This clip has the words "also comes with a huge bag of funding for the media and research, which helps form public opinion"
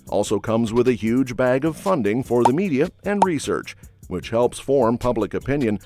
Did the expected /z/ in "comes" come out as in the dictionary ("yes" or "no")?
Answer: yes